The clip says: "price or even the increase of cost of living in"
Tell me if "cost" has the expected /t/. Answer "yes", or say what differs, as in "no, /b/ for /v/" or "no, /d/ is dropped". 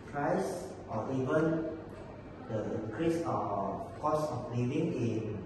no, /t/ is dropped